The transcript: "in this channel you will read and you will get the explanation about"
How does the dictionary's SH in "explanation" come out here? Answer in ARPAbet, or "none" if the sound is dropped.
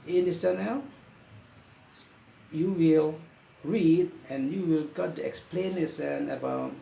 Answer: S